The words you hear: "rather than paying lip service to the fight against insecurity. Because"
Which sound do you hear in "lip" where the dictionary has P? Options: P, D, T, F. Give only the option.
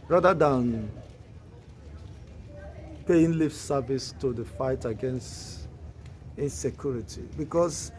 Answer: F